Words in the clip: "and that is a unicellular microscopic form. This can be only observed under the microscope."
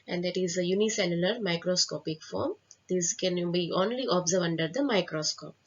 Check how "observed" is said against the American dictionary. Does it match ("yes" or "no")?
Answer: no